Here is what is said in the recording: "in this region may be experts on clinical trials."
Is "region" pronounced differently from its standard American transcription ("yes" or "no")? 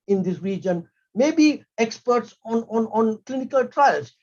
no